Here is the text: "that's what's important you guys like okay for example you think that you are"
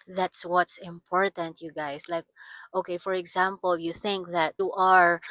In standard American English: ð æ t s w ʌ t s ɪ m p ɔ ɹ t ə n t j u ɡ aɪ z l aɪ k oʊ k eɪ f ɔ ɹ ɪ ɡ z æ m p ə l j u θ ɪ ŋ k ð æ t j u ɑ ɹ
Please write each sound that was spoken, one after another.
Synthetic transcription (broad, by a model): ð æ t s w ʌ t s ɪ m p ɔ ɹ t ə n t j u ɡ aɪ s l aɪ k oʊ k eɪ f ɔ ɹ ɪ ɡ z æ m p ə l j u θ ɪ ŋ k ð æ t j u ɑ ɹ